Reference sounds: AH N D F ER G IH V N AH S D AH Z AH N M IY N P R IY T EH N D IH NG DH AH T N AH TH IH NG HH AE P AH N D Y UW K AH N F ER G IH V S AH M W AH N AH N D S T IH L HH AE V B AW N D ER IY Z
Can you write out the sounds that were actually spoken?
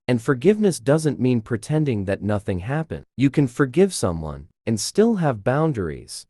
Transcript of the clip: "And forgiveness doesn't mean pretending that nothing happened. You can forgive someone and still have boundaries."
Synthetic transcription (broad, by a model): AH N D F ER G IH V N AH S D AH Z AH N M IY N P R IY T EH N D IH NG DH AH T N AH TH IH NG HH AE P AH N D Y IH K AH N F ER G IH V S AH M W AH N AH N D S T IH L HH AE V B AW N D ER IY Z